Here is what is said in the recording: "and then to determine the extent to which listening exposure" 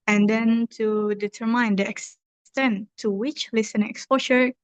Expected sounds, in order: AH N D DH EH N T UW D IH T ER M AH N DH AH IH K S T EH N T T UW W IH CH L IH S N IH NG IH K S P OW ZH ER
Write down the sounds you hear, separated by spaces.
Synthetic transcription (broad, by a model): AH N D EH N T UW D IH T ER M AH N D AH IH K S T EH N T T UW W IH CH L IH S IH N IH K S P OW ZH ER